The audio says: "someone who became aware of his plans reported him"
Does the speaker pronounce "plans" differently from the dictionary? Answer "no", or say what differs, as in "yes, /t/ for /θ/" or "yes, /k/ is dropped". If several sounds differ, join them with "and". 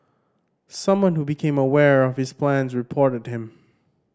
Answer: no